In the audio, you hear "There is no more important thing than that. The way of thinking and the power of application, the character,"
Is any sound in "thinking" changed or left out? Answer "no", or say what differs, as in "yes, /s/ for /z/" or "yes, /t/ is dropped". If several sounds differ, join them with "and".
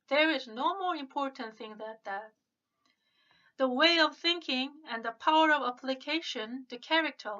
no